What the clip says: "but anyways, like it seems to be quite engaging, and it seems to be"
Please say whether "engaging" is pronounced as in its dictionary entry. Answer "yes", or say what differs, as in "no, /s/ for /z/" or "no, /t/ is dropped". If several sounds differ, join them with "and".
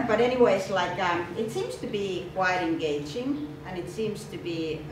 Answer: yes